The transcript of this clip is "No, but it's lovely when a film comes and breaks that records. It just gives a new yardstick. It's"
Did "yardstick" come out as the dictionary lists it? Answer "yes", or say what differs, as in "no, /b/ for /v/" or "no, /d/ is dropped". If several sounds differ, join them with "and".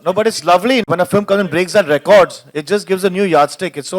yes